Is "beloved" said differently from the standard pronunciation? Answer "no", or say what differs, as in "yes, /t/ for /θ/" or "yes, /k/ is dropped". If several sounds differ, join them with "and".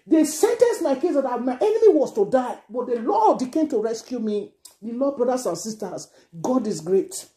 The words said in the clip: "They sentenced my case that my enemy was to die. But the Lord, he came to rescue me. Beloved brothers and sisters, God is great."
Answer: yes, /v/ is dropped